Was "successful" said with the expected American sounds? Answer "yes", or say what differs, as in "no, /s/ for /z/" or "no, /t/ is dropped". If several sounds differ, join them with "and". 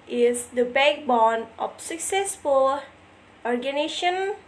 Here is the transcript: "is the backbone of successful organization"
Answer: yes